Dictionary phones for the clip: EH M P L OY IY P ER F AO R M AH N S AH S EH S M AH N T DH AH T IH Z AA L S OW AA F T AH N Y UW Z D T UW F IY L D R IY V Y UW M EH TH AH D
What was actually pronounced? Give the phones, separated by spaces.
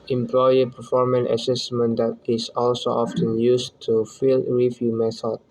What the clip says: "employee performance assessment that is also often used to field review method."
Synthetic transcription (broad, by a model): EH M P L OY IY P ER F AO R M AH N AH S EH S M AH N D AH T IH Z AA L S OW AA F T AH N Y UW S T UW F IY L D R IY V Y UW M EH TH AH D